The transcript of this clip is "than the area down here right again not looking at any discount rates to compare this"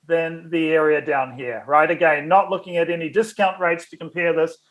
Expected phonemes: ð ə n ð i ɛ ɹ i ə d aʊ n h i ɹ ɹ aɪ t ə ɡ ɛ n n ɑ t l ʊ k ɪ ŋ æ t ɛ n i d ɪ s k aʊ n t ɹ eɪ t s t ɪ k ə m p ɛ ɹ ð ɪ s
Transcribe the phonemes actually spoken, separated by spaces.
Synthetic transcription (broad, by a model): ð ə n ð i ɛ ɹ i ə d aʊ n h i ɹ ɹ aɪ t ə ɡ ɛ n n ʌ t l ʊ k ɪ ŋ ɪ t ɛ n i d ɪ s k aʊ n t ɹ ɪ t s t ɪ k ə m p ɛ ɹ ð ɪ s